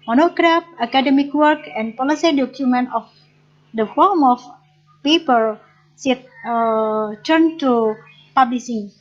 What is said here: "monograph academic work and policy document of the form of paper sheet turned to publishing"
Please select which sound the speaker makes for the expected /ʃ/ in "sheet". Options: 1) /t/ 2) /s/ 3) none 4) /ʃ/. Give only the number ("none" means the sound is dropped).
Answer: 2